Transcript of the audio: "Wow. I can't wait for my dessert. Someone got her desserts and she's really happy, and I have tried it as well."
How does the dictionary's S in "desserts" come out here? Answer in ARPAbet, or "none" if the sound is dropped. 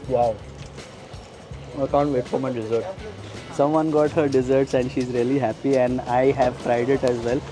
S